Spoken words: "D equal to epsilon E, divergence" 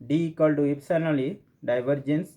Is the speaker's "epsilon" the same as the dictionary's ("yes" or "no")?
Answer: no